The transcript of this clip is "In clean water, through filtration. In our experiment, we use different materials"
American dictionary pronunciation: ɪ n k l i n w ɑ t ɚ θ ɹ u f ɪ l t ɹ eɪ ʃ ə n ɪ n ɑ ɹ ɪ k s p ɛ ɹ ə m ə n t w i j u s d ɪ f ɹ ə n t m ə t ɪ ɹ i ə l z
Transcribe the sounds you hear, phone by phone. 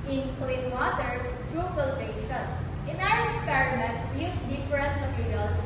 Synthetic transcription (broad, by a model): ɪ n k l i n w ɑ t ɚ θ ɹ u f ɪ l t eɪ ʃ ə n ɪ n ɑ w ɪ k s p ɛ ɹ ə m ə n t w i j u s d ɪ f ɹ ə n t m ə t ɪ ɹ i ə l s